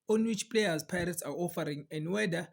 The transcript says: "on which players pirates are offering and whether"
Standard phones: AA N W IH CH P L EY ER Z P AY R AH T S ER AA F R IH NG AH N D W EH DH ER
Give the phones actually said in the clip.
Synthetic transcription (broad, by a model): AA N W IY CH P L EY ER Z P AY R AH T S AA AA F R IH NG AH N D W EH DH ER